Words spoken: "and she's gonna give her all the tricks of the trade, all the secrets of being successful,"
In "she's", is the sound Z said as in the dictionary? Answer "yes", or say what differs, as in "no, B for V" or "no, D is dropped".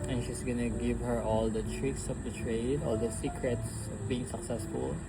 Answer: no, S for Z